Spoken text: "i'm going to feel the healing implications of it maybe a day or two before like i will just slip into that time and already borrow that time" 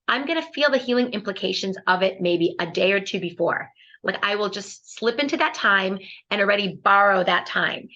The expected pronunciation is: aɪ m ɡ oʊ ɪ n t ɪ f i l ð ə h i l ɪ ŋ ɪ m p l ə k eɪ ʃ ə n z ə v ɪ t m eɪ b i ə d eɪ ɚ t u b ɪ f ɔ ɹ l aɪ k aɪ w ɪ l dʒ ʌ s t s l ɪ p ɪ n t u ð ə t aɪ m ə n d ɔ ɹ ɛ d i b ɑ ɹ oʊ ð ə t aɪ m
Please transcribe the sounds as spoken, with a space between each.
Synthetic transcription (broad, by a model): aɪ m ɡ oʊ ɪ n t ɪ f i l ð ə h i l ɪ ŋ ɪ m p l ə k eɪ ʃ ə n z ə v ɪ t m eɪ b i ə d eɪ ɚ t u b ɪ f ɔ ɹ l aɪ k aɪ w ɪ l dʒ ʌ s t s l ɪ p ɪ n t u ð ə t aɪ m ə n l ɹ ɛ d i b ɑ ɹ oʊ ð ə t aɪ m